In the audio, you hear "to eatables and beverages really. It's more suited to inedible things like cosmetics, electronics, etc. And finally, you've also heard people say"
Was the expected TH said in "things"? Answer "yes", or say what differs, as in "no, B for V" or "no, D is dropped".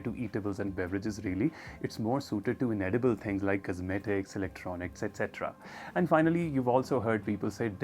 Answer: no, T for TH